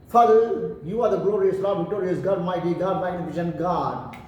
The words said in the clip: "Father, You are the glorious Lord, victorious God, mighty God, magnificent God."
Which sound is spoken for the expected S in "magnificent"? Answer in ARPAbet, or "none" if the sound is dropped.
SH